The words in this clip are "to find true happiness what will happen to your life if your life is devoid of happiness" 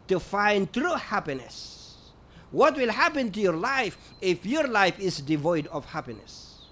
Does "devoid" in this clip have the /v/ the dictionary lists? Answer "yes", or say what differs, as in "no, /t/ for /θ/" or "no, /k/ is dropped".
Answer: yes